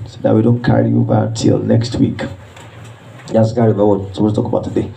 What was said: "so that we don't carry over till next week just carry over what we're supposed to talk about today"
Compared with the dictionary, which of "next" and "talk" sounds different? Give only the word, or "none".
none